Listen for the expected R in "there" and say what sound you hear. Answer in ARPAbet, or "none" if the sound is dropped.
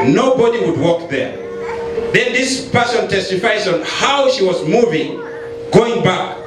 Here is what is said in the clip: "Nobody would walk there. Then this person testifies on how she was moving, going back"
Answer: R